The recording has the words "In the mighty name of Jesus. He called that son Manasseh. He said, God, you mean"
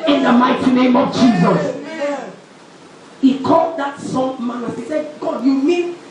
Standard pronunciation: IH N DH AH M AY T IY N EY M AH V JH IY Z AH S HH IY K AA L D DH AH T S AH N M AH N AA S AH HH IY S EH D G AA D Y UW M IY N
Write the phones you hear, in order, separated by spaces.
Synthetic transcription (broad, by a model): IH N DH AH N AY T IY N EY M AH V JH IY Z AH S HH IY K AA L D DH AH T S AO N M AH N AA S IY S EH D G AA D Y UW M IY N